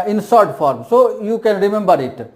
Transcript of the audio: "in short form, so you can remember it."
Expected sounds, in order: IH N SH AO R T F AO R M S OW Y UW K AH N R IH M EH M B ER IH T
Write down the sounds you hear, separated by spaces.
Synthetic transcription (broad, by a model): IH N S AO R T F AO R M S OW Y UW K AH N R IH M EH M B ER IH T